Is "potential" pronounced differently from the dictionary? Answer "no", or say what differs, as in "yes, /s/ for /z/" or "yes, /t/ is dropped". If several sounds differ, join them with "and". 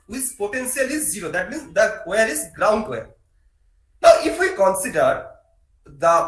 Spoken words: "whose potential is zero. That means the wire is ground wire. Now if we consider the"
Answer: yes, /s/ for /ʃ/